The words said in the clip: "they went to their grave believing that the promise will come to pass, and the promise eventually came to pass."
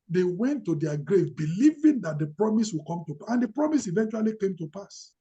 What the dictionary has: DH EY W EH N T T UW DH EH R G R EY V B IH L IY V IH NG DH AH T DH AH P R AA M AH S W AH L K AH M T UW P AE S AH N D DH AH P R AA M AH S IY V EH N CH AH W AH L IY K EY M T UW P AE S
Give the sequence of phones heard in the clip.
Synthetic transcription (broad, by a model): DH EY W EH N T T UW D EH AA G R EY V B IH L IY V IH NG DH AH T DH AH P R AA M AH S W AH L K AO M T UW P AH N D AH P R AA M AH S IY V EH N CH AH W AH L IY K EY M T UW P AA S